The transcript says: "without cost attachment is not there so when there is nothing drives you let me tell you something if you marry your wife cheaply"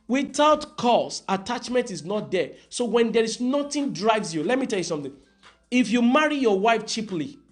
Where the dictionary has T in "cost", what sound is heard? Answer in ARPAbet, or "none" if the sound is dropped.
none